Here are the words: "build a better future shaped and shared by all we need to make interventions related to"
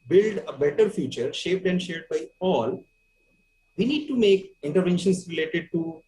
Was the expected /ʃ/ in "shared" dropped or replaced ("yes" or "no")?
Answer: no